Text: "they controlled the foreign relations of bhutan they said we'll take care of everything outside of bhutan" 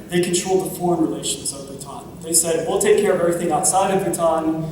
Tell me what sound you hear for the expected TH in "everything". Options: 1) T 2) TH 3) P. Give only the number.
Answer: 2